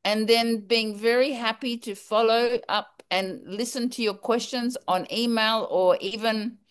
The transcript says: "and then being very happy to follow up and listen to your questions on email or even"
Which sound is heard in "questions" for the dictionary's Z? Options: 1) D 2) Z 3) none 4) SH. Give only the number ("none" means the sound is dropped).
2